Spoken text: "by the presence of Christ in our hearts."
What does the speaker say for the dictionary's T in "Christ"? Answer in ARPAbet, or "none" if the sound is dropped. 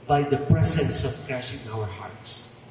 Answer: none